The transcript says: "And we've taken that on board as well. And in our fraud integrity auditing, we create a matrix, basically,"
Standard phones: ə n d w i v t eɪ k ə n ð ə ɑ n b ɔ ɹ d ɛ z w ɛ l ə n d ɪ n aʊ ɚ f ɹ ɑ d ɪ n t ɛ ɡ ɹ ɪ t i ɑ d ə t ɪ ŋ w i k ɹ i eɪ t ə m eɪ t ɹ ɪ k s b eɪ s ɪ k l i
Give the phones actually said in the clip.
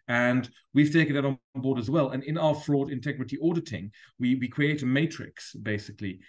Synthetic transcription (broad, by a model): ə n w i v t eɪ ə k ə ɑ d b ɔ ɹ d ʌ z w ɛ l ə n ɪ n aʊ ɚ f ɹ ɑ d ɪ n t ɛ ɡ ɹ ɪ t i ɑ d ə t ɪ ŋ w i k ɹ i eɪ t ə m eɪ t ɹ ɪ k s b eɪ s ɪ k l i